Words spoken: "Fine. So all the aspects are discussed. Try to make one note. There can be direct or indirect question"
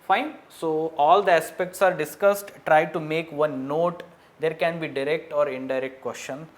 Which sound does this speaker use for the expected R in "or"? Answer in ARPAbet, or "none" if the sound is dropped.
R